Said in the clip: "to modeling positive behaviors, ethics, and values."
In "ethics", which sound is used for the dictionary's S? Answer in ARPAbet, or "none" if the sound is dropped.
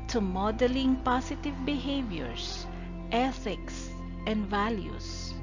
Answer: S